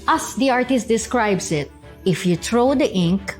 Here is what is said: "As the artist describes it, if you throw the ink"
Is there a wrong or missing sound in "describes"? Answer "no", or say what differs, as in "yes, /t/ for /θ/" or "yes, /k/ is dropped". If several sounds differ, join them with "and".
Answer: yes, /s/ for /z/